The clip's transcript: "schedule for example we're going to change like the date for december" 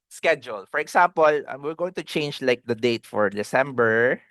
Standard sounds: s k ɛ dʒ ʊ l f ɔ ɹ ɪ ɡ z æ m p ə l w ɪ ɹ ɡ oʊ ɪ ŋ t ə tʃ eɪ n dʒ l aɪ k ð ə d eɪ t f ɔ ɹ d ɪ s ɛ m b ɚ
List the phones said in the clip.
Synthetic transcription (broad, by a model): s k ɛ dʒ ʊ l f ɔ ɹ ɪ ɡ s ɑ m p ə l w ɪ ɹ ɡ oʊ ɪ ŋ t ə tʃ eɪ n dʒ l aɪ k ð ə d eɪ t f ɔ ɹ d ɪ s ɛ m b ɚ